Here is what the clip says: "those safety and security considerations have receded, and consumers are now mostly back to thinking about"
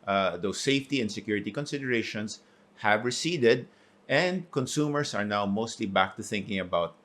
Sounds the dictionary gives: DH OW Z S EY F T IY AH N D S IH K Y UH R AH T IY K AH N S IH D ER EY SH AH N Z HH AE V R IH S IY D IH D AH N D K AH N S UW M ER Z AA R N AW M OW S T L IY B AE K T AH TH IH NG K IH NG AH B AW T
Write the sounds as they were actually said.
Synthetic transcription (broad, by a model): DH OW S EY F T IY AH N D S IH K Y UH R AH T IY K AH N S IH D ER EY SH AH N S HH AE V R IH S IY D IH D AH N D K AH N S UW M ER S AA R N AW M OW S T L IY B AE K T AH TH IH NG K IH NG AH B AW T